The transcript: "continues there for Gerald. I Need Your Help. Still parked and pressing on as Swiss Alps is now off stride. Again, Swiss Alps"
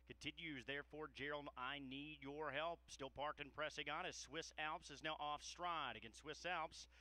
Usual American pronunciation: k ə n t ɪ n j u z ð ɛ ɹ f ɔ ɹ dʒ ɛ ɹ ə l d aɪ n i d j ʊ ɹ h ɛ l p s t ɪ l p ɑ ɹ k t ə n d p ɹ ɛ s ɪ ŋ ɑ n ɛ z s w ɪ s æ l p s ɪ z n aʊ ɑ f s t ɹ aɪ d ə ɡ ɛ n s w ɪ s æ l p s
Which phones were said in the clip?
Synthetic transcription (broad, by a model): k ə n t ɪ n j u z ð ɛ ɹ f ɔ ɹ dʒ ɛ ɹ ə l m aɪ n i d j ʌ ɹ h ɛ l p s t ɪ l p ɑ ɹ k t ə n p ɹ ɛ s ɪ ŋ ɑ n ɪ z s w ɪ s æ l p s ɪ z n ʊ ɑ f s t ɹ aɪ d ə ɡ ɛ n s w ɪ s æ l p s